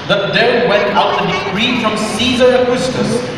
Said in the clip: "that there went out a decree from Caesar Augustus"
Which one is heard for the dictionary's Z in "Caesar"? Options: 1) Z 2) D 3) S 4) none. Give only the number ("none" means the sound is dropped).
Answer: 1